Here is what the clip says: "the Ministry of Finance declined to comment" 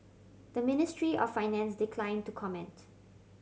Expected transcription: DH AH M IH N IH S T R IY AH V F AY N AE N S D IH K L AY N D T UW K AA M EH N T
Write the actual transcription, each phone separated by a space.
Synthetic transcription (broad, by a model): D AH M IH N IH S T R IY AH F AY N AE N S D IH K L AY N T UW K AA M EH N T